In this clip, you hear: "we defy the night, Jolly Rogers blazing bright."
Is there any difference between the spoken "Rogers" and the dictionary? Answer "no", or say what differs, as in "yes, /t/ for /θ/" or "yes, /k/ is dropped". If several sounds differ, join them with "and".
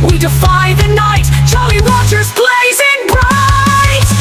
yes, /w/ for /ɹ/ and /tʃ/ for /dʒ/